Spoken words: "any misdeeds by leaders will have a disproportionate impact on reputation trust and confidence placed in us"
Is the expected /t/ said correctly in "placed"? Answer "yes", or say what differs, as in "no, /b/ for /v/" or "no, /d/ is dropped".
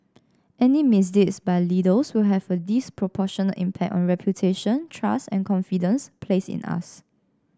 no, /t/ is dropped